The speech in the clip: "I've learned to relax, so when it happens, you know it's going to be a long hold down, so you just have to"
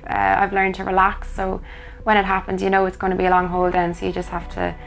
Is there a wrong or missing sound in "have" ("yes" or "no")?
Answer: yes